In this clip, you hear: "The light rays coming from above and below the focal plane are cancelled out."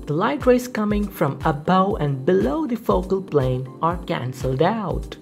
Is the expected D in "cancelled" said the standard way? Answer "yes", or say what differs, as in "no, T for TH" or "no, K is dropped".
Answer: yes